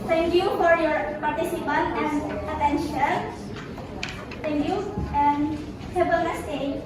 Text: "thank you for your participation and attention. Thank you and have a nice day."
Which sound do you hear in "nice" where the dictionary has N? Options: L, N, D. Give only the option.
L